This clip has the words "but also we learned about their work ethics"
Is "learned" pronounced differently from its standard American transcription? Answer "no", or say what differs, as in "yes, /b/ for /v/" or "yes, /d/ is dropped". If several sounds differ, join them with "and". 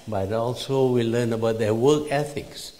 yes, /d/ is dropped